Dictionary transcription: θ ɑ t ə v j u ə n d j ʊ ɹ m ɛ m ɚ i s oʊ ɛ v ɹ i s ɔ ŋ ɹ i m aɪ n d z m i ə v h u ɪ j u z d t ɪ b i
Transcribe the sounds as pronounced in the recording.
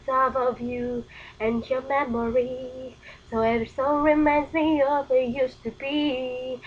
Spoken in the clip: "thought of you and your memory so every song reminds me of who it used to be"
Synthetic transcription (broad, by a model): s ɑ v ə v j u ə n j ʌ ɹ m ɛ m ɚ i s oʊ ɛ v i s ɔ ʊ ɹ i m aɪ n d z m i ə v ɪ j u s t ɪ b i